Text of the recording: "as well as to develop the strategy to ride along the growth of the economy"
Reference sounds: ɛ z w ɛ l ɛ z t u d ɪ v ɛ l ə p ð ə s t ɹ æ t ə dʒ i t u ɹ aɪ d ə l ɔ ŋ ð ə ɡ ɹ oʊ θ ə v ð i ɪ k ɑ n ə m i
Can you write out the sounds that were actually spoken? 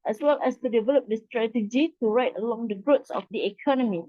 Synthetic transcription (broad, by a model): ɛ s w ɛ l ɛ s t u d ɪ v ɛ l ə p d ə s t ɹ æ t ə dʒ i t u ɹ aɪ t ə l ɔ ŋ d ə ɡ ɹ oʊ s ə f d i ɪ k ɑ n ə m i